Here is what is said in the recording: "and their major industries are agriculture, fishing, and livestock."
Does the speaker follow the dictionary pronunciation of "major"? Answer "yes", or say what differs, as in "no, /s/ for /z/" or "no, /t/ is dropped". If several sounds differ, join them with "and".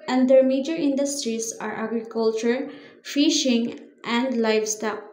yes